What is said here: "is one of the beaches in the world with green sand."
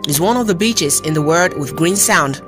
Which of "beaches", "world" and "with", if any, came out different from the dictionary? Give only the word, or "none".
world